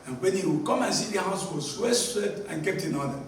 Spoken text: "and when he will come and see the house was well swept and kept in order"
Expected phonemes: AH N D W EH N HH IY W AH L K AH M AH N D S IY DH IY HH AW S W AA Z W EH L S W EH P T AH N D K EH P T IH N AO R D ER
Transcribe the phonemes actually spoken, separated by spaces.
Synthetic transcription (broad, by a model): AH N W EH N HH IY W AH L K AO M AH N S IY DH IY HH AW S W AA S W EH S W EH T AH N K EH P T IH N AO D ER